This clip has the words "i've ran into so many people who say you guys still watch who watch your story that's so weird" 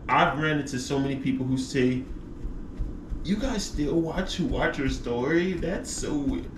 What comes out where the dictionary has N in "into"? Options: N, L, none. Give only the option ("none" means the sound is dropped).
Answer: none